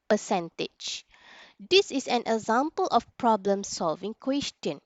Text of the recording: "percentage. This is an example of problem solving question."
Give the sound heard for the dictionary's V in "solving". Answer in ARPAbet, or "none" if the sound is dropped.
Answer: V